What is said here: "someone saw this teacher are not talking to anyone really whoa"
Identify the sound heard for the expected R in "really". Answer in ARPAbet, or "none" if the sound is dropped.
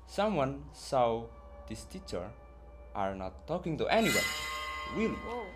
W